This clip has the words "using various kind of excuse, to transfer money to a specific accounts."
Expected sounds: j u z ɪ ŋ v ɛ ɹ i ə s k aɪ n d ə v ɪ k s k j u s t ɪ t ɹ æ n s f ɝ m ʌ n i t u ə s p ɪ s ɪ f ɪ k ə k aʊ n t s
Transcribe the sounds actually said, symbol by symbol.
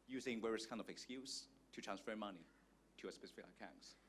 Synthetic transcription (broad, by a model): j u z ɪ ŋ w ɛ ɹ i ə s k aɪ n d ə v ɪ k s k j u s t ɪ t ɹ æ n s f ɝ m ʌ n i t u ə s p ɪ s ɪ f ɪ k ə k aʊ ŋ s